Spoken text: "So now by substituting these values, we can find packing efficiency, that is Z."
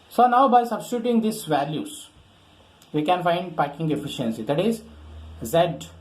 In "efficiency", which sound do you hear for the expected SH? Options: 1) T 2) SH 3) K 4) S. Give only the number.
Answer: 2